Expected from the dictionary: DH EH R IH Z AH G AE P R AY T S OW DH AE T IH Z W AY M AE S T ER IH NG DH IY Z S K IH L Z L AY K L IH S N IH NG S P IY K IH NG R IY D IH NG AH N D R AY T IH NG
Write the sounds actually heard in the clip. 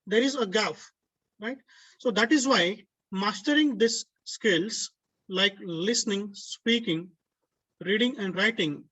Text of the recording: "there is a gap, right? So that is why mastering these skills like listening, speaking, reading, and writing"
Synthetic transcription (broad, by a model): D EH R IH Z AH G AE F R AY T S OW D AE T IH Z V AY M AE S T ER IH NG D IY S K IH L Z L AY K L IH S N IH NG S P IY K IH NG R IY D IH NG AH N D R AY T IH NG